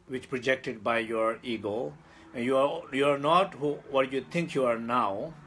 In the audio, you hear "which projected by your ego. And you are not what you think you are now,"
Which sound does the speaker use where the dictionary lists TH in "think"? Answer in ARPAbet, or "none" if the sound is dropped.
T